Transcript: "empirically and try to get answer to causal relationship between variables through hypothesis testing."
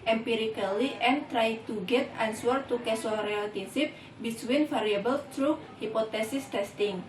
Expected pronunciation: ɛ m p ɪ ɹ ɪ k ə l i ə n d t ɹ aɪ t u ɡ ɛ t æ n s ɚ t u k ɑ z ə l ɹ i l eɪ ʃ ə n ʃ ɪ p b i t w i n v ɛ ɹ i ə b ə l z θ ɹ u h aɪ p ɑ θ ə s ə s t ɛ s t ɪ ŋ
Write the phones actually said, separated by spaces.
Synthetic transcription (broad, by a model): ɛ m p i ɹ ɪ k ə l i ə n t ɹ aɪ t u ɡ ɛ t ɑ n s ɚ t u k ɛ s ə ɹ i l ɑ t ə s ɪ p b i s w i n f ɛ ɹ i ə b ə l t ɹ u h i p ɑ t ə s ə s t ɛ s t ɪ ŋ